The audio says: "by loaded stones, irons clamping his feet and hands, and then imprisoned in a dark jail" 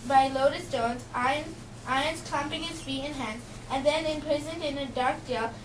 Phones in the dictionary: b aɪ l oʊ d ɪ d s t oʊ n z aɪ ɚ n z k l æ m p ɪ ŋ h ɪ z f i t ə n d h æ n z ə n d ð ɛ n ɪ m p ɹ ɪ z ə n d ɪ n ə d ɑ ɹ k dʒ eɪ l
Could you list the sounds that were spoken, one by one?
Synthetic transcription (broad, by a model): b aɪ l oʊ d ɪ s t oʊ n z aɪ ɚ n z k æ m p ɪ ŋ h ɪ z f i ə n h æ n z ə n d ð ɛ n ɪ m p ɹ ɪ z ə n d ɪ n ə d ɑ ɹ k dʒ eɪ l